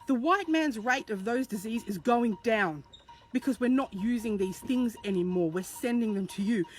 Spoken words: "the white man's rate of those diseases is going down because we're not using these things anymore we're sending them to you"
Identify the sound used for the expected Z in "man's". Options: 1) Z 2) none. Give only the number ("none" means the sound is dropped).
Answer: 1